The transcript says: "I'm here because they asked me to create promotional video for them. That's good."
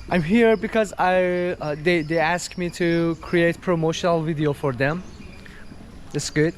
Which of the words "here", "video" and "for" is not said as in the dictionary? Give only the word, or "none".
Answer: none